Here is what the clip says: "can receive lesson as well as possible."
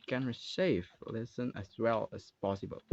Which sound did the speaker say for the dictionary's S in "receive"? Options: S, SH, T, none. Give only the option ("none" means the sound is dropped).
SH